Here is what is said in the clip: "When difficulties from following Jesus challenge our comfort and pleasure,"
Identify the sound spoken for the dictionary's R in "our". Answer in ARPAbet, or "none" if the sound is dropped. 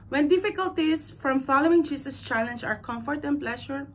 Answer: R